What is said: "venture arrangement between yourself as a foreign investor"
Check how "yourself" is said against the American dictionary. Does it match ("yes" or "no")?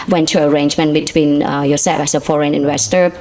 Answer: no